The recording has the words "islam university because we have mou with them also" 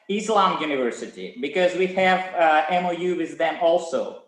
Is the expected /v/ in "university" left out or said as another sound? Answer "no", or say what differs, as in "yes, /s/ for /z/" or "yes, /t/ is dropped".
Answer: no